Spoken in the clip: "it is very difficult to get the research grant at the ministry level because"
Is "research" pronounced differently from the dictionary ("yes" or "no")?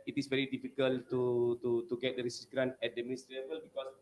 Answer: yes